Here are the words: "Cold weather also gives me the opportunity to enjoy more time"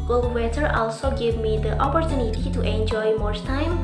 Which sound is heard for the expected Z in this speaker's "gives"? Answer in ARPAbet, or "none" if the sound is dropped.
none